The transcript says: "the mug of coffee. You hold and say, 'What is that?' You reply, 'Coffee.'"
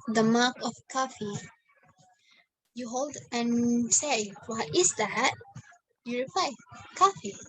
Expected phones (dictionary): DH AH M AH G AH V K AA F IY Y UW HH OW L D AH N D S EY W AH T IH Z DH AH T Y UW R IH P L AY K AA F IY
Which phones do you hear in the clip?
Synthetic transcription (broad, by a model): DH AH M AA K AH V K AA F IY Y UW HH OW L D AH N S EY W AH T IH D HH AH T Y UW R IH P L AY K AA F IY